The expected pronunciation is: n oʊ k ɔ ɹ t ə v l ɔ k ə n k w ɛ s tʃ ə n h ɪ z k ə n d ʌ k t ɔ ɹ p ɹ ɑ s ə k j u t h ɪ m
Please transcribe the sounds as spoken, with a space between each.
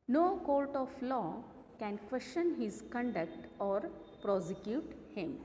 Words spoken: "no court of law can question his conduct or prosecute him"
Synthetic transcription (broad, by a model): n oʊ k ɔ l t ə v l ɔ k ə n k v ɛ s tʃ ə n h ɪ z k ə n d ʌ k t ɔ ɹ p ɹ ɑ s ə k j u t h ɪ m